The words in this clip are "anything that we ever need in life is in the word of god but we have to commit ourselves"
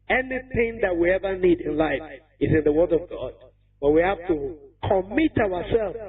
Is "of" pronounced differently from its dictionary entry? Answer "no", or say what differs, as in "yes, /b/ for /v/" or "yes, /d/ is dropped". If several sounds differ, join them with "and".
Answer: no